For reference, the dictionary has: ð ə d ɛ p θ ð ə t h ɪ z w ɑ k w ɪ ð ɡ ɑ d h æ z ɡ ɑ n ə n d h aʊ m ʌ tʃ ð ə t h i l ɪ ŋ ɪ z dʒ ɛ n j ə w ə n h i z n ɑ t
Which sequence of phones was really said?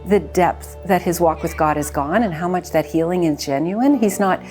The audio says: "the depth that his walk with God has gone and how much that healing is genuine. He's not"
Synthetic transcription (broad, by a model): ð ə d ɛ p θ ð ə t h ɪ z w ɑ k w ɪ ð ɡ ɑ d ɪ z ɡ ɑ n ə n h aʊ m ʌ tʃ ð ə t h i l ɪ ŋ ɪ z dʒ ɛ n j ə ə n i z n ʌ t